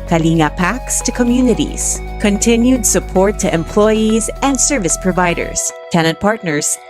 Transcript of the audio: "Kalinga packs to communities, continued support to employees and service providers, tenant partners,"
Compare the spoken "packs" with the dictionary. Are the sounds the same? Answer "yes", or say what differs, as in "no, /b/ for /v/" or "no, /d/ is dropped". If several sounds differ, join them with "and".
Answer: yes